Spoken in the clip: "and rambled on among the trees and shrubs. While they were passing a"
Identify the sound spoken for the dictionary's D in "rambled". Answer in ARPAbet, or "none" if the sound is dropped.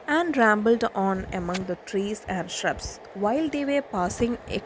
D